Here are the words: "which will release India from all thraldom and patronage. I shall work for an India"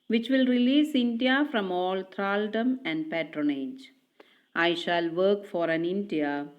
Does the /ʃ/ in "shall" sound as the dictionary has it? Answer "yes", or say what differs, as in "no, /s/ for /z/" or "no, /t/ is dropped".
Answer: yes